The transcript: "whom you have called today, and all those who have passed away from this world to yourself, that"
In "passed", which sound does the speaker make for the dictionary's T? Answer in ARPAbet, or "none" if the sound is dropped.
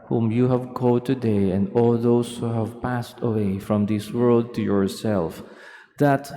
T